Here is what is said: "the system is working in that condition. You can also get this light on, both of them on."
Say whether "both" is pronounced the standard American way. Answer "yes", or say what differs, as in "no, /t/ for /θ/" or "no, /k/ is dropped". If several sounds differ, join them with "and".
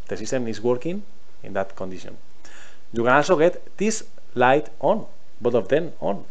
no, /t/ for /θ/